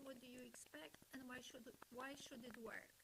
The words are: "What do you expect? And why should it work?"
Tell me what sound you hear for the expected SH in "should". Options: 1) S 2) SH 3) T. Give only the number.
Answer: 2